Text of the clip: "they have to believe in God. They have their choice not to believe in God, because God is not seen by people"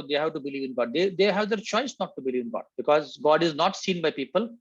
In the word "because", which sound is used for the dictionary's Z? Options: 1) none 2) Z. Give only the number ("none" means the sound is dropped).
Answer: 2